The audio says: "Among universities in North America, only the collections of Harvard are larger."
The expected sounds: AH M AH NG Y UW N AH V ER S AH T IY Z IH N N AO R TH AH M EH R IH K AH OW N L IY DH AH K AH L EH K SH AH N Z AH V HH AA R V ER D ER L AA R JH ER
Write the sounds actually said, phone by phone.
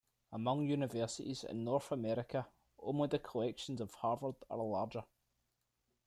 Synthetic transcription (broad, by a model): AH M AH NG Y UW N AH V ER S AH T IY Z IH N N AO R TH AH M EH R IH K AH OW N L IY DH AH K AH L EH K SH AH N Z AH V HH AA R V ER D ER L AA R JH ER